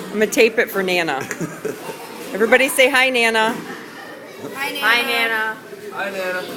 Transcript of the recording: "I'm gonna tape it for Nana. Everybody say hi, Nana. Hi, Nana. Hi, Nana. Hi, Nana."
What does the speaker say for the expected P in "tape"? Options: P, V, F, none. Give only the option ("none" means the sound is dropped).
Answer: P